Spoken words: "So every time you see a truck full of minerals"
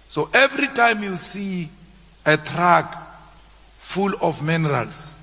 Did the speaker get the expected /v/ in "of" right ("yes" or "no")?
no